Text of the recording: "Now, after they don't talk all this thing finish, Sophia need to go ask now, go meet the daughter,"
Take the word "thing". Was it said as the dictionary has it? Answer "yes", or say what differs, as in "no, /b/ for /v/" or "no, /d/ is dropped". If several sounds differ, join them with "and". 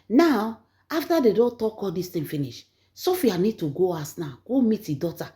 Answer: no, /t/ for /θ/